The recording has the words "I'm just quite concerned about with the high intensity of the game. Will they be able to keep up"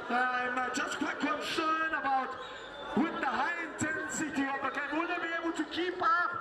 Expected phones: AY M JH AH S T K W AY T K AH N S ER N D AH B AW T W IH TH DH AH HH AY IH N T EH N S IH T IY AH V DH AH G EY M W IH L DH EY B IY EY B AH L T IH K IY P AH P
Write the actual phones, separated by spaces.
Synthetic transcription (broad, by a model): AY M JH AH S K W AY T K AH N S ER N AH B AW T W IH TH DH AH HH AY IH N T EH N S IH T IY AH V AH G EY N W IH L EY B IY EY B AH L T IH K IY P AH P